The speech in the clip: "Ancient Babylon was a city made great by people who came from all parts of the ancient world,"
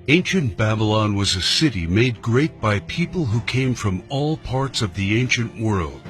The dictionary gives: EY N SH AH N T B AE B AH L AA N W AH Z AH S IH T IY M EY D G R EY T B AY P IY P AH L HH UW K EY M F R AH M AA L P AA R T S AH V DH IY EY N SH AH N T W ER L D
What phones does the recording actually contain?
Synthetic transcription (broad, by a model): EY N SH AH N B AE B AH L AA N W AH Z AH S IH T IY M EY D G R EY T B AY P IY P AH L HH UW K EY M F R AH M AA L P AA R T S AH V DH IY EY N SH AH N T W ER L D